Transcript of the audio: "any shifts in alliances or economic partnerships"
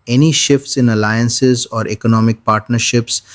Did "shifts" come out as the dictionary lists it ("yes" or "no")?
yes